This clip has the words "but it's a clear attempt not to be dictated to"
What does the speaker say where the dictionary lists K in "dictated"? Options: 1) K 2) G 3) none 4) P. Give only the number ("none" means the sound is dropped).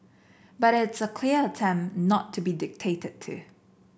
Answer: 1